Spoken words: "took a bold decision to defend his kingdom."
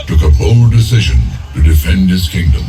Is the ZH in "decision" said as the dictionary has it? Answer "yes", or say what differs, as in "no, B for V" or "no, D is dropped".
yes